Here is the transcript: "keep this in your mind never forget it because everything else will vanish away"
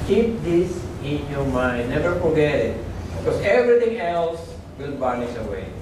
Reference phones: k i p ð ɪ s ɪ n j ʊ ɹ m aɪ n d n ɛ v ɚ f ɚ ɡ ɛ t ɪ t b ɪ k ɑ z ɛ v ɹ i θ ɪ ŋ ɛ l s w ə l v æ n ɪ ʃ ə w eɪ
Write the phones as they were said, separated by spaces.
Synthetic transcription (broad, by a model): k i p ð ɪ s ɪ n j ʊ m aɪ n n ɛ v ɚ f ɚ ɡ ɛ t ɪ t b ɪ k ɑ s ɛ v ɹ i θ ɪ ŋ ɛ l s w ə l b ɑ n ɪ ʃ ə w eɪ